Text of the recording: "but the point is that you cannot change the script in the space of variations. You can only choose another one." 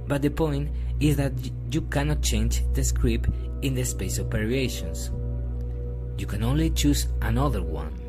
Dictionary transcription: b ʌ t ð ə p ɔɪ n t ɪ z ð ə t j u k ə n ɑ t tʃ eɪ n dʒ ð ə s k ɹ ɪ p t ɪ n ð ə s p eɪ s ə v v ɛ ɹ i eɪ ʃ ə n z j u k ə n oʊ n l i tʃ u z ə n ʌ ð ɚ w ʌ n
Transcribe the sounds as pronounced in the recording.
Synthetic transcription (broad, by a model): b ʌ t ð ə p ɔɪ n t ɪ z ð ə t j u k ə n ɑ t tʃ eɪ n dʒ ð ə s k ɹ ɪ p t ɪ n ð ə s p eɪ s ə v p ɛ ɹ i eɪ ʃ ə n s j u k ə n oʊ n l i tʃ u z ə n ʌ ð ɚ w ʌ n